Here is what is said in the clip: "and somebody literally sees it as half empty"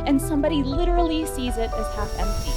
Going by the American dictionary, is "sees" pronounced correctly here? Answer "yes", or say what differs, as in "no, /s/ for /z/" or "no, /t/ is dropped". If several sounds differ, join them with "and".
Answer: yes